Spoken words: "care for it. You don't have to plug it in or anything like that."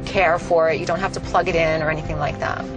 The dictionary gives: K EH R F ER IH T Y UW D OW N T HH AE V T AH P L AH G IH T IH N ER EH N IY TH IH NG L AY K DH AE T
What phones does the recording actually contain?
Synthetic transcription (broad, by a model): K EH R F ER IH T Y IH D OW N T HH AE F T AH P L AH G IH T IH N ER EH N IY TH IH NG L AY K DH AE T